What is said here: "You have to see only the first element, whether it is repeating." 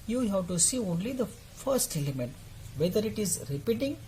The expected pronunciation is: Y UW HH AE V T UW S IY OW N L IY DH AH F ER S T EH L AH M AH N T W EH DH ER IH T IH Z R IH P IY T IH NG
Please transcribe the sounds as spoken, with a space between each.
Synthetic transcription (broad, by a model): Y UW HH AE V T UW S IY OW N L IY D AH F ER S T EH L AH M AH N T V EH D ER IH T IH Z R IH P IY T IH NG